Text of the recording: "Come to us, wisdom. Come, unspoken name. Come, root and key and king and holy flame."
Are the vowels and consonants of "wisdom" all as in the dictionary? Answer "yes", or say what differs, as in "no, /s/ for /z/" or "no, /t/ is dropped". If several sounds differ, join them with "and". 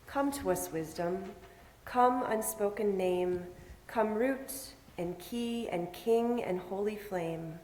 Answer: yes